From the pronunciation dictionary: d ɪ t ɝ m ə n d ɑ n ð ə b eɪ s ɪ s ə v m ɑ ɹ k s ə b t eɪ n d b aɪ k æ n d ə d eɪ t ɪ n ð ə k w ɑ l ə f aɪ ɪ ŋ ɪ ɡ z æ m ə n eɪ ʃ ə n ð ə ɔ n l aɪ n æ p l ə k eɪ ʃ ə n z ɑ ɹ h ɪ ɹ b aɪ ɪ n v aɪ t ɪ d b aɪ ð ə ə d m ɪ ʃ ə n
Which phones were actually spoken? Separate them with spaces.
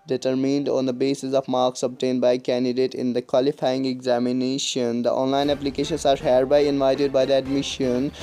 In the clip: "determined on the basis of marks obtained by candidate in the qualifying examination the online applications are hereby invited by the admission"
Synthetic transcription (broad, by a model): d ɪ t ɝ m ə n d ɑ n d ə b eɪ s ɪ s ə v m ɑ ɹ k s ə b t eɪ n d b aɪ k æ n d ə d eɪ t ɪ n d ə k w ɑ l ə f aɪ ɪ ŋ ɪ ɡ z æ m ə n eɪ ʃ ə n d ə ɔ n l aɪ n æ p l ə k eɪ ʃ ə n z ɑ ɹ h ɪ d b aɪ ɪ n v aɪ t ɪ d b aɪ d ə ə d m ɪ ʃ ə n